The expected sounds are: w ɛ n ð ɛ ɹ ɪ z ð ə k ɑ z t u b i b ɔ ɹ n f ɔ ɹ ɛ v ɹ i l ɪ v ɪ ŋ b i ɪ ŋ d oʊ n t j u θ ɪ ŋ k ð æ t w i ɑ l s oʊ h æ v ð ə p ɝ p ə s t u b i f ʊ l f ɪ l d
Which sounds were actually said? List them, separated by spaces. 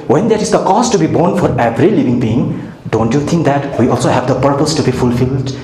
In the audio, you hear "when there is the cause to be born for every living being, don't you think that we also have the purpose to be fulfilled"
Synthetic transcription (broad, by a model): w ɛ n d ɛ ɹ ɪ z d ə k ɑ s t u b i b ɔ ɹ n f ɔ ɹ ɛ v ɹ i l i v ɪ ŋ b i ɪ ŋ d oʊ n t j u t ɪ ŋ k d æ t w i ɑ l s oʊ h æ v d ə p ɝ p ə s t u b i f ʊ l f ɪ l d